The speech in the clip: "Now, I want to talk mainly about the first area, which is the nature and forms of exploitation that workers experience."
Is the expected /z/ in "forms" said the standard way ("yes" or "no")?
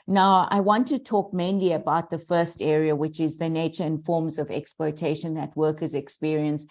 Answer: yes